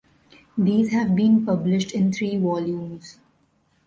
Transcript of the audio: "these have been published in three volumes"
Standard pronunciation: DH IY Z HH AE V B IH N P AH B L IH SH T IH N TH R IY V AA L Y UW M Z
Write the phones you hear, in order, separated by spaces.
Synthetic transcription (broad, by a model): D IY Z HH AE V B IH N P AH B L IH SH T IH N T R IY V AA L Y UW M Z